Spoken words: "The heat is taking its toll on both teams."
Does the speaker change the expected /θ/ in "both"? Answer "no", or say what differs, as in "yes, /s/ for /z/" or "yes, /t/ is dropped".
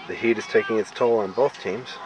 no